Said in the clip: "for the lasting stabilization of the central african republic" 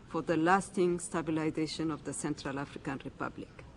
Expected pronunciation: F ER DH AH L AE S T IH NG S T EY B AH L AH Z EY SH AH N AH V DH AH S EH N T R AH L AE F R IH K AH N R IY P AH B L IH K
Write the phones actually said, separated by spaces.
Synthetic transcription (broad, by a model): F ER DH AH L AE S T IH NG S T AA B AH L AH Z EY SH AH N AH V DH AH S EH N T R AH L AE F R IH K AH N R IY P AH B L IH K